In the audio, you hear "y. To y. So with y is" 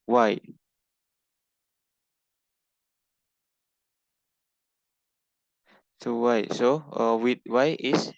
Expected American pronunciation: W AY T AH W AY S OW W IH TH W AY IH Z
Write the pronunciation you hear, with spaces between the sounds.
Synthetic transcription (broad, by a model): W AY S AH W AY S OW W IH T W AY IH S